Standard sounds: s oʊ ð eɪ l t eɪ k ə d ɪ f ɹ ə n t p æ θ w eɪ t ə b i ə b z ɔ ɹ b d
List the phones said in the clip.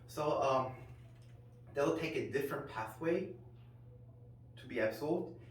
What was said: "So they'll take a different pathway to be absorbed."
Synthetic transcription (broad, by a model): s oʊ ð eɪ l t eɪ k ə d ɪ f ɹ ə n p æ θ w eɪ t ə b i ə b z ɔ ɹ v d